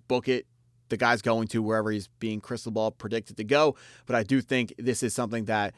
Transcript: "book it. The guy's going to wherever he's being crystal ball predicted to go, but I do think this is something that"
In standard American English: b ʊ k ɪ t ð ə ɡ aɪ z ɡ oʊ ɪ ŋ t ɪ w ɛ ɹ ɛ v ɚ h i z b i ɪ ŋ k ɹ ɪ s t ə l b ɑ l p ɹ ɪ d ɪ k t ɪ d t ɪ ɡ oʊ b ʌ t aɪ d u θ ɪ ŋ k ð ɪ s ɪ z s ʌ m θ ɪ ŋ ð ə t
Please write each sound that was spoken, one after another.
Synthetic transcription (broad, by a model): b ʊ k ɪ t ð ə ɡ aɪ z ɡ oʊ ɪ ŋ t ɪ w ɛ ɹ ɛ v ɚ h i z b i ɪ ŋ k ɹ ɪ s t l b ɑ l p ɹ ɪ d ɪ k t ɪ d t ɪ ɡ oʊ b ʌ t aɪ d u θ ɪ ŋ k ð ɪ s ɪ z s ʌ m θ ɪ ŋ ð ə t